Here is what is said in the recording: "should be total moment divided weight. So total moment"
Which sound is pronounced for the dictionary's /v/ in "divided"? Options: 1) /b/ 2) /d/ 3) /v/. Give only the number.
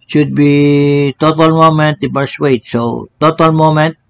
1